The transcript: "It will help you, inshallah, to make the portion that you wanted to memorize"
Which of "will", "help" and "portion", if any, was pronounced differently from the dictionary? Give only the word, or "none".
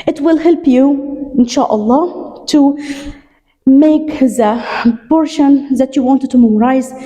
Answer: portion